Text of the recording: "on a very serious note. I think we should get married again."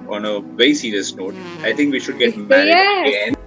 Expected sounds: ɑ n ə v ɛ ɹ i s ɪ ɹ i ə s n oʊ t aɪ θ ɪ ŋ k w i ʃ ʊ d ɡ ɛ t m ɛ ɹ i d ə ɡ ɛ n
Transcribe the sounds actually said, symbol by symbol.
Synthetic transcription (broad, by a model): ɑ n ə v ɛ i s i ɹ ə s n oʊ t aɪ t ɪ ŋ k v i ʃ ʊ d ɡ ɛ t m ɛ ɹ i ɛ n